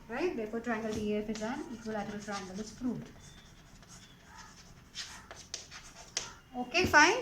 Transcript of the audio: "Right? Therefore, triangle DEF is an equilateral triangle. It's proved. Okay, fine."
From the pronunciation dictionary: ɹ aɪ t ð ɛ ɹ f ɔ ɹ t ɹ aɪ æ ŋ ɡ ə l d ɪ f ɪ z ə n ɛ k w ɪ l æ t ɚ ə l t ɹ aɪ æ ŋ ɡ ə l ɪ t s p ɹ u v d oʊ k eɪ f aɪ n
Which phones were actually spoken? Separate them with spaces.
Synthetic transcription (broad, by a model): ɹ aɪ t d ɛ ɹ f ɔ ɹ t ɹ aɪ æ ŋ ɡ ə l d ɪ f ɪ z ə n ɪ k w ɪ l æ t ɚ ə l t ɹ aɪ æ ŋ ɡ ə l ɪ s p ɹ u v oʊ k eɪ f aɪ n